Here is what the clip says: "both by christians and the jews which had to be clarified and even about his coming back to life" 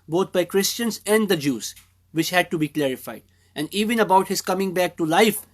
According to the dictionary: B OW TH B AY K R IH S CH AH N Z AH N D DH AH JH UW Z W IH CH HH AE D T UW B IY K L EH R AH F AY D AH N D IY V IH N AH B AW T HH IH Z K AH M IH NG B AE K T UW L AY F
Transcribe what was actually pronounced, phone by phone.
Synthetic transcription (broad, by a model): B OW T B AY K R IH S CH AH N Z AH N D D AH JH UW Z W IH CH HH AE D T UW B IY K L EH R AH F AY D AH N D IY V IH N AH B AW T HH IH Z K AH M IH NG B AE K T UW L AY F